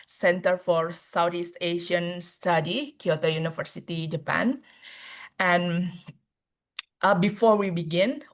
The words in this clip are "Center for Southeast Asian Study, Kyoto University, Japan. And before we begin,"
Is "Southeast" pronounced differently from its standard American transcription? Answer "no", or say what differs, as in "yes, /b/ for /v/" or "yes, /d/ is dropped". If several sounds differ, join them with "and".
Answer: yes, /t/ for /θ/